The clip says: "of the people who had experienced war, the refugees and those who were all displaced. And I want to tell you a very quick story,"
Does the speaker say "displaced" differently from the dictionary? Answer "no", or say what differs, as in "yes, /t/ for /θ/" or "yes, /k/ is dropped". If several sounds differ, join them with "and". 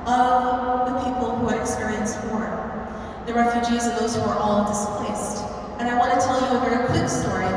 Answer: no